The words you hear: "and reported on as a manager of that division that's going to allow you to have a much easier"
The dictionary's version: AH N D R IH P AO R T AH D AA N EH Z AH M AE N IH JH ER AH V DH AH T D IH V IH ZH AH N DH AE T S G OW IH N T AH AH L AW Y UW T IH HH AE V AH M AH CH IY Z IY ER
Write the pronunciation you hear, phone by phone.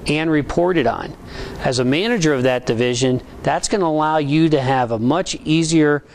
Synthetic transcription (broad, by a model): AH N R IH P AO R T AH D N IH Z AH M AE N IH JH ER AH V DH AH T D IH V IH ZH AH N DH AE T S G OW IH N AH AH L AW Y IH T IH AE V AH M AH CH IY Z IY ER